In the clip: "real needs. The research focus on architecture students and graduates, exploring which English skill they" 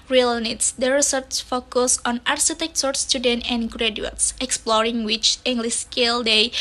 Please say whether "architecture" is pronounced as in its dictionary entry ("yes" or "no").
no